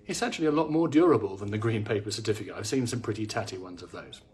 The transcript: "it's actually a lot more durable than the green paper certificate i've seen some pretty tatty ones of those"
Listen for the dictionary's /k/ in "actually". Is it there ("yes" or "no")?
no